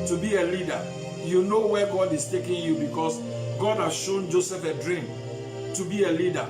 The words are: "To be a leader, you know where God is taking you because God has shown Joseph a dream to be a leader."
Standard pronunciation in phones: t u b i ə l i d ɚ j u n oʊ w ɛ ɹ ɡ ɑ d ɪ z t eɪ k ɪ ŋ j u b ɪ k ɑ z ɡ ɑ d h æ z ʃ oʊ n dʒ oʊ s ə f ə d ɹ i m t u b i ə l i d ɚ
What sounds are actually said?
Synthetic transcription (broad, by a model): t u b i ə l i d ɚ j u n oʊ w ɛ ɡ ɑ d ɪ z t eɪ k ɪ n j u b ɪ k ɑ s ɡ ɑ d h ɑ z ʃ oʊ n dʒ oʊ s ə f ə d ɹ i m t u b i ə l i d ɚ